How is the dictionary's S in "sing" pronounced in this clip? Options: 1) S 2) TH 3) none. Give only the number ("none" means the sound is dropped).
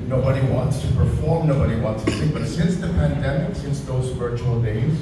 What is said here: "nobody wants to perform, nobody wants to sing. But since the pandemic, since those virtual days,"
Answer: 2